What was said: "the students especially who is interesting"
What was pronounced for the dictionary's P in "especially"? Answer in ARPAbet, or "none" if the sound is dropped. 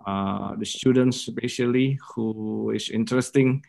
none